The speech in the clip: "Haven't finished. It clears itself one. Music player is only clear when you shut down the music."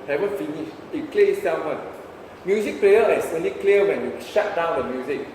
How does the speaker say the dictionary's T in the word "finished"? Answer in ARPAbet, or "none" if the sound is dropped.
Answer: none